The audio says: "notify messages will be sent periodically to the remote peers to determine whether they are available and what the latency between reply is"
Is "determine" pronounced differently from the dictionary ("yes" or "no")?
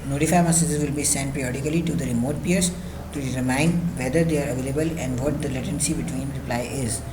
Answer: yes